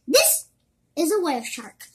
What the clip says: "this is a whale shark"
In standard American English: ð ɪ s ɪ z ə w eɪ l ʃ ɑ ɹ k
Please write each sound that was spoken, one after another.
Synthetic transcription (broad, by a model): ð ɪ s ɪ z ə w eɪ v ʃ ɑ ɹ k